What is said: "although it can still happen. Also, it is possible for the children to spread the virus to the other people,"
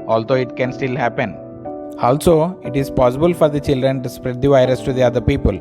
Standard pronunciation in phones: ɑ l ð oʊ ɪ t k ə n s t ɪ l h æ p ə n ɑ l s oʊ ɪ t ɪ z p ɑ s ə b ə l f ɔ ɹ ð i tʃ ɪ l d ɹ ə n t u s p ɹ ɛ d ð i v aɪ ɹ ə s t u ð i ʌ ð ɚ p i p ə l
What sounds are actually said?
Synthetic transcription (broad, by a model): ɑ l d oʊ ɪ t k ə n s t ɪ l h æ p ə n ɑ l s oʊ ɪ t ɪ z p ɑ s ə b ə l f ɔ ɹ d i tʃ ɪ l d ɹ ə n t u s p ɹ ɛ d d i v aɪ ɹ ə s t u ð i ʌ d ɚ p i p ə l